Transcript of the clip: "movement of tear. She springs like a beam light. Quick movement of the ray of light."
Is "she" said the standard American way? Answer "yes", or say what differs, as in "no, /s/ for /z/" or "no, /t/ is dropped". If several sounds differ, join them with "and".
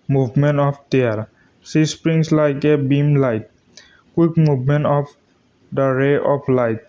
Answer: no, /s/ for /ʃ/